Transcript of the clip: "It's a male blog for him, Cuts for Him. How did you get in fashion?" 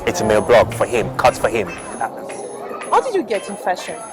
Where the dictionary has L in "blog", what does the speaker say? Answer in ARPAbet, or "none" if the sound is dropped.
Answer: L